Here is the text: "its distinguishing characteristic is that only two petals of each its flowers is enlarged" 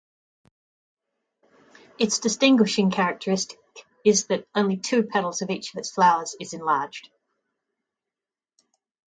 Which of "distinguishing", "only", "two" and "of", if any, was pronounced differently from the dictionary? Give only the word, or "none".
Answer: none